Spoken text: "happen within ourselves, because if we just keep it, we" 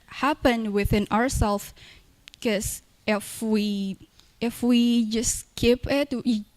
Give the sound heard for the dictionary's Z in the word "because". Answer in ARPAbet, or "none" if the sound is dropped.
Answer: none